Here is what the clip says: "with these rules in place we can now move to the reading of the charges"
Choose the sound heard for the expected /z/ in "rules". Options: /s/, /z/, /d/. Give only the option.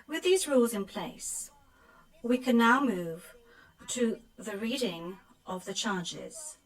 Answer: /z/